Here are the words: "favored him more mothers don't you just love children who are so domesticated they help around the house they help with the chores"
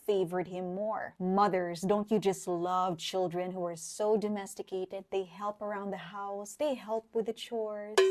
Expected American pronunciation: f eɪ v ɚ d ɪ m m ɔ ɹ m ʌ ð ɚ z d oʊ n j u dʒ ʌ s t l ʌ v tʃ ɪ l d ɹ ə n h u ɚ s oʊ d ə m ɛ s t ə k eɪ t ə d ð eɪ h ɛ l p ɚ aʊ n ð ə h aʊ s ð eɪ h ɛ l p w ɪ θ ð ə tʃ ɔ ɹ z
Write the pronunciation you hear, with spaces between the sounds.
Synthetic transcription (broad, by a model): f eɪ v ɚ d ɪ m m ɔ ɹ m ʌ ð ɚ z d oʊ n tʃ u dʒ ʌ s t l ʌ v tʃ ɪ l d ɹ ə n h u ɚ s oʊ d ə m ɛ s t ə k eɪ t ə d ð eɪ h ɛ l p ɚ aʊ n ð ə h aʊ s ð eɪ h ɛ l p w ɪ ð ə tʃ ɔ ɹ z